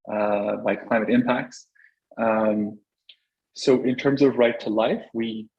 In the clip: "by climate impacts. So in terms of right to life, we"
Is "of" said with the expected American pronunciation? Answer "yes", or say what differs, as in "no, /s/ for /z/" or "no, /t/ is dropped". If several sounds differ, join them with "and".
yes